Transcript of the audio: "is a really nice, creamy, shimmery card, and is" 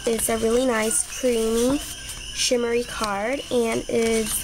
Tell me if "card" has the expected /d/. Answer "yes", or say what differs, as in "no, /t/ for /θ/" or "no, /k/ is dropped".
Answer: yes